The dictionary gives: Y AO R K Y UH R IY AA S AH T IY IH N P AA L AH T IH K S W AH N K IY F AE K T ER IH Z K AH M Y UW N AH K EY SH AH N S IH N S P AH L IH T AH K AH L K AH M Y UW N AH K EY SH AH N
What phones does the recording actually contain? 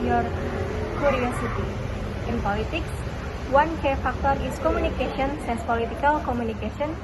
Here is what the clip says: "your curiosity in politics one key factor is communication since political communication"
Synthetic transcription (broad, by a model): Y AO R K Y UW R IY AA S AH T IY IH N P AA L AH T IH K S W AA N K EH F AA K T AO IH S K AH M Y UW N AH K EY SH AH N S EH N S P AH L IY T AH K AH L K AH M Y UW N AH K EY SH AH N